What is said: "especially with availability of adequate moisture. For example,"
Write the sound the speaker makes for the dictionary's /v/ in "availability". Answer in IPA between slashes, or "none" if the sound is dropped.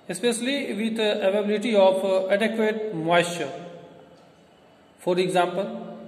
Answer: none